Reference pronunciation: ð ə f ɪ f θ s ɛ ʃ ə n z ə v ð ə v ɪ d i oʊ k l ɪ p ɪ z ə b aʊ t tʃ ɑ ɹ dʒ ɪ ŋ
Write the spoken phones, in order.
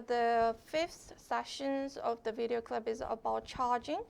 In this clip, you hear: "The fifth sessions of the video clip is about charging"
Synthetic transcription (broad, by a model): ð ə f ɪ f θ s ɛ ʃ ə n z ə v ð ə v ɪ d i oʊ k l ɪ b ɪ z ə b aʊ t tʃ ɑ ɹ dʒ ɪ ŋ